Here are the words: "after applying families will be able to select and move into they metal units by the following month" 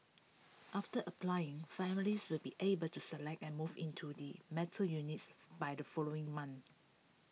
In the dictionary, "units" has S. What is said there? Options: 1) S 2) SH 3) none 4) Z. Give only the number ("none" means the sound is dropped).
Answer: 1